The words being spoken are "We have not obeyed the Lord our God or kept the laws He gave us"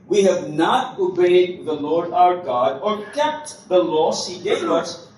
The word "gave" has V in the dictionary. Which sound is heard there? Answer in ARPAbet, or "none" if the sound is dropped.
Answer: none